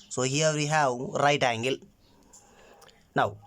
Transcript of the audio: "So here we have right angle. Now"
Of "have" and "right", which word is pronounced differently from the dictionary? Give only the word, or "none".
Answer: have